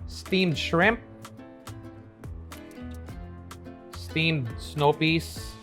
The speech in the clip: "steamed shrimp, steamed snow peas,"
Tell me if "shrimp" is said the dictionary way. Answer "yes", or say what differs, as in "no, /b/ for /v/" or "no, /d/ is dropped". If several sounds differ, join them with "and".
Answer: yes